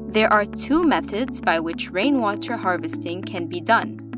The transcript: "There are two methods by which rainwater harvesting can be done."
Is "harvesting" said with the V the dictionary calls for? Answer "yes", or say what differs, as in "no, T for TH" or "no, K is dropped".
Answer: yes